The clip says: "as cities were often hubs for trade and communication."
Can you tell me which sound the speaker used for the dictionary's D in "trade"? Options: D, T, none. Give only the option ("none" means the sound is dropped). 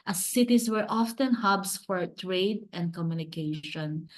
D